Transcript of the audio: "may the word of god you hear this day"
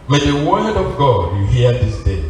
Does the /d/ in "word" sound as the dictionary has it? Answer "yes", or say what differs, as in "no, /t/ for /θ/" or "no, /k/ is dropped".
yes